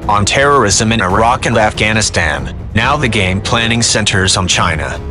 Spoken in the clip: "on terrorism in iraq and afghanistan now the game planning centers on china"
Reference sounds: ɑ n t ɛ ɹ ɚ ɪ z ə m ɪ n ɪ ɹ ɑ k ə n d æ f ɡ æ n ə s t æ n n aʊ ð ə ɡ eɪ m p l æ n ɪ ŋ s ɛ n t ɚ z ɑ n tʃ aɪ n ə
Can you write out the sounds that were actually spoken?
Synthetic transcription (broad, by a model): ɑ n t ɛ ɹ ɚ ɪ z ə m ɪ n ɪ ɹ ɑ k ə n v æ f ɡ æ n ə s t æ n n aʊ ð ə ɡ eɪ m p l æ n ɪ ŋ s ɛ n t ɚ z n tʃ aɪ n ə